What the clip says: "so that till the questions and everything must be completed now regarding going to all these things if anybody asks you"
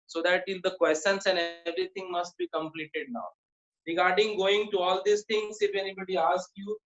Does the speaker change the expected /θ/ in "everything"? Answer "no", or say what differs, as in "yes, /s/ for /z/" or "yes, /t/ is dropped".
yes, /t/ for /θ/